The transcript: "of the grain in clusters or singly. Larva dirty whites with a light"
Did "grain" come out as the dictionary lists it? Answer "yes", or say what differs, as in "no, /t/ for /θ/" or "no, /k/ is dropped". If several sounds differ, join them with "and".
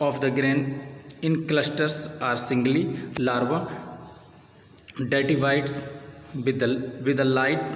yes